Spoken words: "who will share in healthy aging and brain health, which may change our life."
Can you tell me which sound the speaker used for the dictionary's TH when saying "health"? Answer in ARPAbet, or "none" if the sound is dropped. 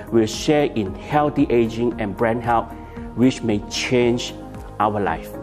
T